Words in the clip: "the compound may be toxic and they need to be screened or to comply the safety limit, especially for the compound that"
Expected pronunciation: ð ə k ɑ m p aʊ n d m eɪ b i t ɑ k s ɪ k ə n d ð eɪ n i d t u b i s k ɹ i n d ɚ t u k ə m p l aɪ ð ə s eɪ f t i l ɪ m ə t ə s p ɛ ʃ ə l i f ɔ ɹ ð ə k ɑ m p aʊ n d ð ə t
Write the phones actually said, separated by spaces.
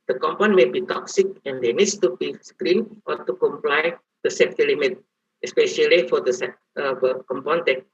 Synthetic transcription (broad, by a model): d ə k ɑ m p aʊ n m eɪ b i t ɑ k s ɪ k ə n d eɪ n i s t u b i s k ɹ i n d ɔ t u k ə m p l aɪ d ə s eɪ t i l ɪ m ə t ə s p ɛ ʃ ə l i f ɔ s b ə k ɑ m p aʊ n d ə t